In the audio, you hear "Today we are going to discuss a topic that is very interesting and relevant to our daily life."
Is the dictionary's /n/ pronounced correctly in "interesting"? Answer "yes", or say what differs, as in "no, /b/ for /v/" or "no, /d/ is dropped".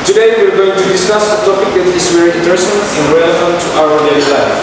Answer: no, /n/ is dropped